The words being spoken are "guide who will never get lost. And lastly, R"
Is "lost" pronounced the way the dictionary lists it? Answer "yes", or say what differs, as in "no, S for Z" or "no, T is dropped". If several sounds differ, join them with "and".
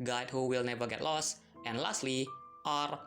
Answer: yes